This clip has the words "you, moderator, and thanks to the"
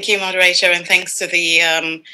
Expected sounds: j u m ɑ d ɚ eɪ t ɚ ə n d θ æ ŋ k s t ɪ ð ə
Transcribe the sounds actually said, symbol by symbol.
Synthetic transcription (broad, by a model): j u m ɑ d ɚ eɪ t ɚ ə n θ æ ŋ k s t ɪ ð ə